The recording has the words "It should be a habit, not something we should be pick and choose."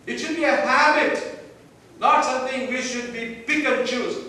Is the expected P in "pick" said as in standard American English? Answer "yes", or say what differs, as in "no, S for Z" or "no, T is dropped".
no, B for P